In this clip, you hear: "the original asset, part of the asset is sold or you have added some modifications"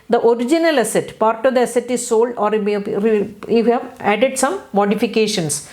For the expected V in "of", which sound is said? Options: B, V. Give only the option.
V